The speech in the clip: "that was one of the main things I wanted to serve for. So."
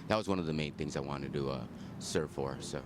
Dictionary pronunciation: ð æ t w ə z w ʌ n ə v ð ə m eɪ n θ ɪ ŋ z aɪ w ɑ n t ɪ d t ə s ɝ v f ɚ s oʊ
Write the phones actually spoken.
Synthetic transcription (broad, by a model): ð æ t w ə z w ʌ n ə v ð ə m eɪ n θ ɪ ŋ z aɪ w ɑ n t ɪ d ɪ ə s ɝ v f ɚ s oʊ